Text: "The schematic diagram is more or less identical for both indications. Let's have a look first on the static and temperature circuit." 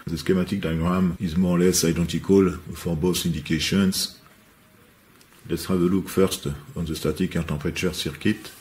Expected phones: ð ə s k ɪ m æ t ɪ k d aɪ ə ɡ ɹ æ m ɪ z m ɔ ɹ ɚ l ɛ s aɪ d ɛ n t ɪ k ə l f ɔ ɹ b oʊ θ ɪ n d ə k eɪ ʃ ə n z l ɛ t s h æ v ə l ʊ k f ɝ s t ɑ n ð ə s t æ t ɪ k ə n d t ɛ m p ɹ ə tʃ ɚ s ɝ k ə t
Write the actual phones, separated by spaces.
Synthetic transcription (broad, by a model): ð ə s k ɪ m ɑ t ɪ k d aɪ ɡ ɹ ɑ m ɪ z m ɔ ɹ l ɛ s aɪ d ɛ n t ɪ k ə l f ɔ ɹ b oʊ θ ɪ n d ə k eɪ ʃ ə n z l ɛ t s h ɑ v ə l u k f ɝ s t ɑ n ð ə s t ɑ t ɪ k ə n t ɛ p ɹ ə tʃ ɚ s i k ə t